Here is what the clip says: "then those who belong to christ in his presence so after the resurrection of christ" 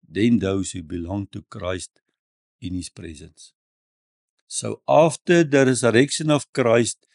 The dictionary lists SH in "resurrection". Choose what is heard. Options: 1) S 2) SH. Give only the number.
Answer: 1